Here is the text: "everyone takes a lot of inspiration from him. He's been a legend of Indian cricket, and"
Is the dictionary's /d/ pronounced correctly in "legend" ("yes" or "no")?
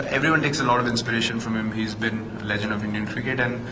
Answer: yes